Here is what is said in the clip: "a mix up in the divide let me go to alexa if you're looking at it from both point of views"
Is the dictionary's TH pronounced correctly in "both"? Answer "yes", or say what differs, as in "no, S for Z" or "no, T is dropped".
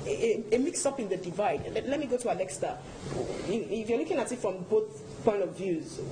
yes